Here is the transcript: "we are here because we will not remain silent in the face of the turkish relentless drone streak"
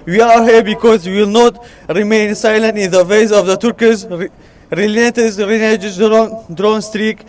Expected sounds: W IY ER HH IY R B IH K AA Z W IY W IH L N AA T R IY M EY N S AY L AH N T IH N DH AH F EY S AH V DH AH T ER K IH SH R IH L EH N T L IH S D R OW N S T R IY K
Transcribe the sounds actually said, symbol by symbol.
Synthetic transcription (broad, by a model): W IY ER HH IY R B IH K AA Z W IY W IH L N AA T R IY M EY N S AY L AH N T IH N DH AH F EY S AH V DH AH T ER K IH S R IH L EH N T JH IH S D R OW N S T R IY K